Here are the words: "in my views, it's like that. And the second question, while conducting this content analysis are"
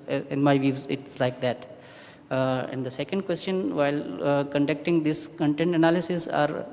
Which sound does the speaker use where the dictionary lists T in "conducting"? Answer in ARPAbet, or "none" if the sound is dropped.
T